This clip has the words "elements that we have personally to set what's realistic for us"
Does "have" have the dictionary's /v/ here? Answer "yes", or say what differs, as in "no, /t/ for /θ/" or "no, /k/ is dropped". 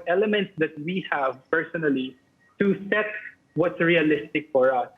yes